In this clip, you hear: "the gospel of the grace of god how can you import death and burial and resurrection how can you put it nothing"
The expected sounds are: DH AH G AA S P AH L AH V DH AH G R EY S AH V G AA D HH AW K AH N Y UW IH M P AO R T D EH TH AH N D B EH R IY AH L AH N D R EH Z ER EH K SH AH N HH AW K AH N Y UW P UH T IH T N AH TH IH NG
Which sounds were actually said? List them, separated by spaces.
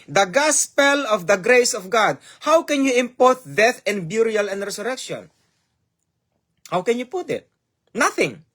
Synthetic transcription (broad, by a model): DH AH G AA S P AH L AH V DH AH G R EY S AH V G AA D HH AW K AH N Y UW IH M P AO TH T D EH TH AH N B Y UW R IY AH L AH N D R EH S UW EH K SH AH N HH AW K AH N Y UW P UH T IH T N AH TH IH NG